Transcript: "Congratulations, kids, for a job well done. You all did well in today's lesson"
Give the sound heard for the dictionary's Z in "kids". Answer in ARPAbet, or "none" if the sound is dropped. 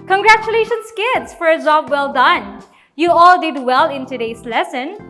S